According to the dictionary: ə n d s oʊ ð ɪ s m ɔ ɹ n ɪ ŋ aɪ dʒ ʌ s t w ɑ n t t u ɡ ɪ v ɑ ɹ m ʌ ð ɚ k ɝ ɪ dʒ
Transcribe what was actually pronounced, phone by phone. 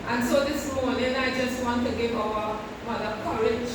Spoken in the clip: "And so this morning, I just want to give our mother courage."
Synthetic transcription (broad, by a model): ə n s oʊ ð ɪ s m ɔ w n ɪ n aɪ dʒ ʌ s t w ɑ n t t u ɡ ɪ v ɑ w m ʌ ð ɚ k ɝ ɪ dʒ